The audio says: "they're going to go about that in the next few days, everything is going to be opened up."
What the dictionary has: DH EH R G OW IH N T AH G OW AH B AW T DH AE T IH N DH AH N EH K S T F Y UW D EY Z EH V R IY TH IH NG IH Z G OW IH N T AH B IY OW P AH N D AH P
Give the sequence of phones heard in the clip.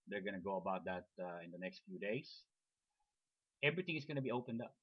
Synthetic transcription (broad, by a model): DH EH R G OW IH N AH G OW AH B AW T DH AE T IH N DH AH N EH K S T F Y UW D EY S EH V R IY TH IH NG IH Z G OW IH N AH B IY OW P AH N D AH P